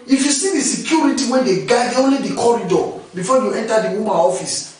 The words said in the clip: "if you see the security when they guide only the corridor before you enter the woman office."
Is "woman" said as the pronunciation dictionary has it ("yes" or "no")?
no